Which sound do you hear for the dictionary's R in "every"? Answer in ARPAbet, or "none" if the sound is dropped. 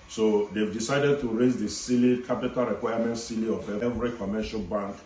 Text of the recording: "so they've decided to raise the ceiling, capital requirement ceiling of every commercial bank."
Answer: R